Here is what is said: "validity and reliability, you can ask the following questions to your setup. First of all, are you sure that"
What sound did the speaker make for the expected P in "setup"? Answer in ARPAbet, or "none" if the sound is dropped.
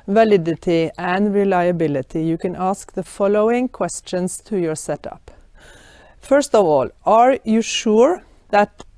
P